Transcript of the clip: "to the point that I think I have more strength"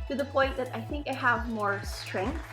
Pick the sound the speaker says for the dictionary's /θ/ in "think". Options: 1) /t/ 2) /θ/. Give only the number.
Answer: 2